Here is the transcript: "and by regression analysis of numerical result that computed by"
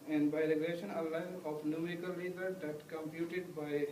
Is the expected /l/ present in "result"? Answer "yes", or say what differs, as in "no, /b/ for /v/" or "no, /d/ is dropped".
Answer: no, /l/ is dropped